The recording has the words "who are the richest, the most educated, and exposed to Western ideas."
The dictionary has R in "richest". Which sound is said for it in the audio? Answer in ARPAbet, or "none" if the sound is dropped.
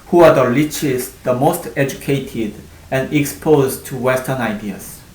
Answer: L